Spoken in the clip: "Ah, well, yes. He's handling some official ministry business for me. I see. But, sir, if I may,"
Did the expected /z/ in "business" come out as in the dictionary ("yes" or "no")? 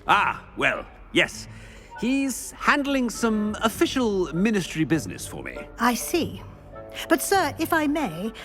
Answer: yes